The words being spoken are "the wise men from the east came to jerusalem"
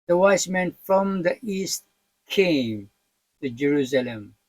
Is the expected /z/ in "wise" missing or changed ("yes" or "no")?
yes